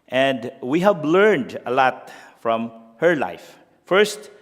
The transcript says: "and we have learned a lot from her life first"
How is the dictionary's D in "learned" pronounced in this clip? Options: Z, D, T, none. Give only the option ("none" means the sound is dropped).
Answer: D